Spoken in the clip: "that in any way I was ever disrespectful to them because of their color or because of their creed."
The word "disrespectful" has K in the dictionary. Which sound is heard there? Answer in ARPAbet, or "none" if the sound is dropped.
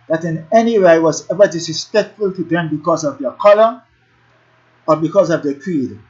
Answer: none